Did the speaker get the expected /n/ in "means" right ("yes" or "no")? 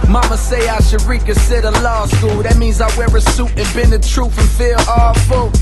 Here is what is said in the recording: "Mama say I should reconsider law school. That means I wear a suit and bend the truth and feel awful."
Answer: yes